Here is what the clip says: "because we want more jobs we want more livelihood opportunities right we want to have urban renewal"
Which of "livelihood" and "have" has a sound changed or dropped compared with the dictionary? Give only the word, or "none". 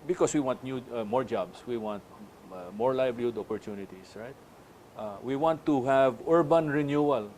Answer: livelihood